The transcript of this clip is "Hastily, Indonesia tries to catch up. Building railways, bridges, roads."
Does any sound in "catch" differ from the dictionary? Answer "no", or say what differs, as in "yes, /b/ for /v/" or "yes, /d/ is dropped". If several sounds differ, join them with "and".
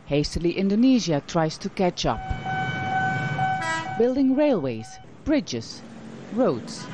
no